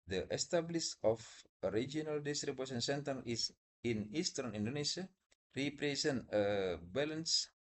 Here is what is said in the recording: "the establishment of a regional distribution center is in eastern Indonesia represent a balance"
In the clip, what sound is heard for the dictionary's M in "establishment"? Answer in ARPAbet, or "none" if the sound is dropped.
none